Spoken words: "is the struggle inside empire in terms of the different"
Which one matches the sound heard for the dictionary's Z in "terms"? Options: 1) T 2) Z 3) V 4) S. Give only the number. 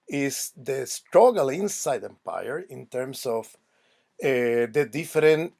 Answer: 4